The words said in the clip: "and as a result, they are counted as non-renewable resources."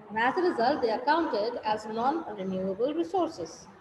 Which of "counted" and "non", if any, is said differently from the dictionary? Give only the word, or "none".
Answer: none